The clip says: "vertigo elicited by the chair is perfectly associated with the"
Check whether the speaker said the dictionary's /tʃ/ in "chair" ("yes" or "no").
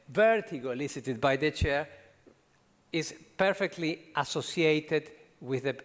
yes